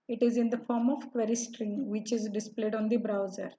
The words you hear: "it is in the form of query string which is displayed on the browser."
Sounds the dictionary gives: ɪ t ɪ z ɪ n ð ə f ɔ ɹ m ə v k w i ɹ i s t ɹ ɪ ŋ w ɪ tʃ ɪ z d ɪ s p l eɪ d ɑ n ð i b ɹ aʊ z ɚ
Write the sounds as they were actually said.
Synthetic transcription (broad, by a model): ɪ t ɪ z ɪ n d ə f ɔ ɹ m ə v k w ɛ ɹ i s t ɹ ɪ ŋ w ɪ tʃ ɪ z d ɪ s p l eɪ d ɑ n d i b ɹ aʊ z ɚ